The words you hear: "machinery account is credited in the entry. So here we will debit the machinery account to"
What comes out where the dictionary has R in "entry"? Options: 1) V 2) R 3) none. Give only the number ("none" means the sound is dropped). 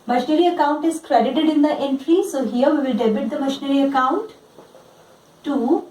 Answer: 2